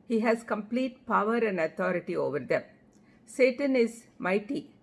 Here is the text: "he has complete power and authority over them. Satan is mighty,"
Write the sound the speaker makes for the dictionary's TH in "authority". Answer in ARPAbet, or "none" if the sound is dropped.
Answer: T